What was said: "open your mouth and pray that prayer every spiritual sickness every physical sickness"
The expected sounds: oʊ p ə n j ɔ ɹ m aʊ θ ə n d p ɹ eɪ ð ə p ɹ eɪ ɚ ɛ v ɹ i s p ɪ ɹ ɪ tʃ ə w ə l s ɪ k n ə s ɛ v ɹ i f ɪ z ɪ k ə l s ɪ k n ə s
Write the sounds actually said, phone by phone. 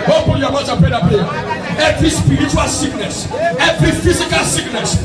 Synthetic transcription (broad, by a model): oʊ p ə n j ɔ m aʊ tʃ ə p eɪ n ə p eɪ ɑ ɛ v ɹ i s p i ɹ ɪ tʃ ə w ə l s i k n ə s ɛ v ɹ i f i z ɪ k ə l s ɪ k n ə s